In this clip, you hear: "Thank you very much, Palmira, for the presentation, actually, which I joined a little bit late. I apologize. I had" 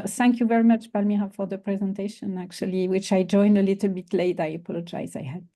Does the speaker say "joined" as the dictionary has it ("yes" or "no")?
yes